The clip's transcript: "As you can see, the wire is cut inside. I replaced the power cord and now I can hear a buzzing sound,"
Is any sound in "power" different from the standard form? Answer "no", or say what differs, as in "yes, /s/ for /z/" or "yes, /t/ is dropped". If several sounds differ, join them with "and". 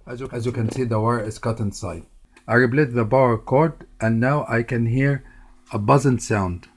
yes, /b/ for /p/